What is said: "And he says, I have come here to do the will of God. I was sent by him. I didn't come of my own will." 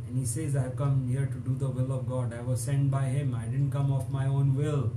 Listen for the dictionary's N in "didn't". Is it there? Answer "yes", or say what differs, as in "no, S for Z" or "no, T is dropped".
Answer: yes